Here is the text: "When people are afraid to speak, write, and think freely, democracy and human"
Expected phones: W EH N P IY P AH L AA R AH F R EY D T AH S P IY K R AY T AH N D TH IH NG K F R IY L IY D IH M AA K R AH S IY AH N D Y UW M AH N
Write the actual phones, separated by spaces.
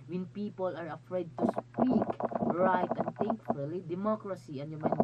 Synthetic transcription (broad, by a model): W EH N P IY P AH L AA R AH F R EY D T AH S P IY K R AY T AH N D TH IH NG K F UH L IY D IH M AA K R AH S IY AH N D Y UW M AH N